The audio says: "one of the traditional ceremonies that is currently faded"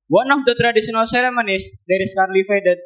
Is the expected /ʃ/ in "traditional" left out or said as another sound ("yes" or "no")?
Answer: yes